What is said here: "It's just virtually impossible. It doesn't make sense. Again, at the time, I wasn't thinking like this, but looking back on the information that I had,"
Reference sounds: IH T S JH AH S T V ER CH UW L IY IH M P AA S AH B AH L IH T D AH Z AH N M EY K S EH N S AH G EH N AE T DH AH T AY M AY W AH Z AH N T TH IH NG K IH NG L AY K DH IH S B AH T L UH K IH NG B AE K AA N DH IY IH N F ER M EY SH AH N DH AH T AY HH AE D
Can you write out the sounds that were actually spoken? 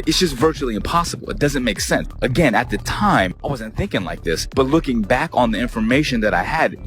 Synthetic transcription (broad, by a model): IH T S JH AH S T V ER CH UW L IY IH M P AA S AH B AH L IH T D AH Z AH N M EY K S EH N S AH G EH N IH T DH AH T AY M AY W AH Z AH N TH IH NG K IH NG L AY K DH IH S B AH T L UH K IH NG B AE K N DH IY IH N F ER M EY SH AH N DH AH T AY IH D